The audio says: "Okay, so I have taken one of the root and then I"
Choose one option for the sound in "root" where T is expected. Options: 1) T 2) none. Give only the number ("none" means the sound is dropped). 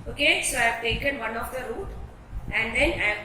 1